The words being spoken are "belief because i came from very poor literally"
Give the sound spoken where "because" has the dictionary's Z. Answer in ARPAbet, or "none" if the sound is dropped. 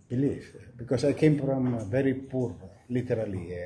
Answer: S